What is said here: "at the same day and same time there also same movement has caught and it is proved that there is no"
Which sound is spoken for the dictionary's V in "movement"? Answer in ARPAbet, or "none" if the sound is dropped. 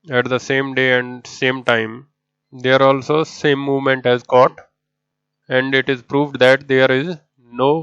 V